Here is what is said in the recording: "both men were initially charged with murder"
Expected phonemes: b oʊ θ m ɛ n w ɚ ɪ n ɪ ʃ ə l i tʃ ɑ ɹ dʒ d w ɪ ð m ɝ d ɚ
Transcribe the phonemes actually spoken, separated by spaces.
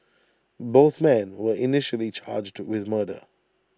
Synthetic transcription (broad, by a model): b oʊ θ m ɛ n w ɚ ɪ n ɪ ʃ ə l i tʃ ɑ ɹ dʒ d w ɪ ð m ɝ d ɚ